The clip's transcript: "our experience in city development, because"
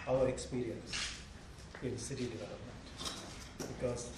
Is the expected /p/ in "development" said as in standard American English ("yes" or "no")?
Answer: yes